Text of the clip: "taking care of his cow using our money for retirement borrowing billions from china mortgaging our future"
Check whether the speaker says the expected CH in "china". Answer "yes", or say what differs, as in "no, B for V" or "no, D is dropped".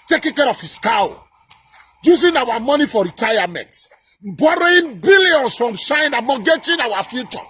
no, SH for CH